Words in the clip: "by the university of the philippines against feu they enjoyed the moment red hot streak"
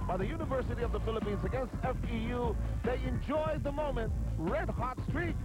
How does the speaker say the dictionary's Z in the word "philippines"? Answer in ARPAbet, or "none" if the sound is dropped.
Z